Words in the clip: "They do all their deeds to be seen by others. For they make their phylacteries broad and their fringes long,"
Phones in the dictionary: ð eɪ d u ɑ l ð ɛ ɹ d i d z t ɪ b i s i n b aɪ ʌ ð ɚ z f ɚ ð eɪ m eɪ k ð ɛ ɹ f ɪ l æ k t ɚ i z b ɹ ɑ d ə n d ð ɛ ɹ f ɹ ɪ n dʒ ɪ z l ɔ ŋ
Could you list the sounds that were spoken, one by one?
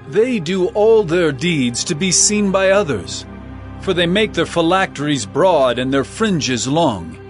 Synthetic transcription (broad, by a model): ð eɪ d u ɑ l ð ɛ ɹ d i d z t ɪ b i s i n b aɪ ʌ ð ɚ z f ɚ ð eɪ m eɪ k ð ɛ ɹ f ɪ l æ k t ɚ i z b ɹ ɑ d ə n ð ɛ ɹ f ɹ ɪ n dʒ ɪ z l ɔ ŋ